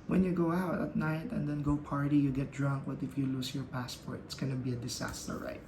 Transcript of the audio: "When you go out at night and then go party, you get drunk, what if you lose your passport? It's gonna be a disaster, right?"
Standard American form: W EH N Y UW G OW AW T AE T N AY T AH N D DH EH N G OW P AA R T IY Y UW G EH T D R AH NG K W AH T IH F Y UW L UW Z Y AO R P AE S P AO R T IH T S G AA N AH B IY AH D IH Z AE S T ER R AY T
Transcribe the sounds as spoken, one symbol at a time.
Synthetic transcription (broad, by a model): W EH N Y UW G OW AW T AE T N AY T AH N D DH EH N G OW P AA R T IY Y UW G EH T D R AH NG K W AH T IH F Y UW L UW S Y AO R P AE S P AO R T IH T S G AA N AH B IY AH D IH S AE S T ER R AY T